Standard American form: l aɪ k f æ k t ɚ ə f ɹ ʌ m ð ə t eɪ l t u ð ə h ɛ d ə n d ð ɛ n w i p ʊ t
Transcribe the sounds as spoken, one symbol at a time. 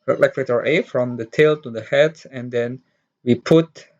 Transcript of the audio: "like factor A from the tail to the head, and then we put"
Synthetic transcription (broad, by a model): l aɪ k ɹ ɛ t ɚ ə f ɹ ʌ m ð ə t eɪ l t u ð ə h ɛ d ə n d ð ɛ n w i p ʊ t